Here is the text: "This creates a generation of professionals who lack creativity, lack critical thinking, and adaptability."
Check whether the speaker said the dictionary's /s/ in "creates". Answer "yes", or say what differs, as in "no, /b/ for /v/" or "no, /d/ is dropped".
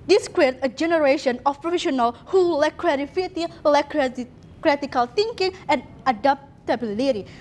no, /s/ is dropped